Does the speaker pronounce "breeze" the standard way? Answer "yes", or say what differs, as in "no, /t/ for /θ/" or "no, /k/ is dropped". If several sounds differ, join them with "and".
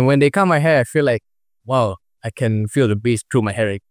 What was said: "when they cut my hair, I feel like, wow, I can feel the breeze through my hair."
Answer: no, /ɹ/ is dropped and /s/ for /z/